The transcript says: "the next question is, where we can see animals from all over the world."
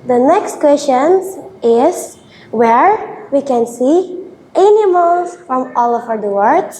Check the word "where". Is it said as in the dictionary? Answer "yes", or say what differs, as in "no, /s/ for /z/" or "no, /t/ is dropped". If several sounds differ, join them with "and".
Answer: yes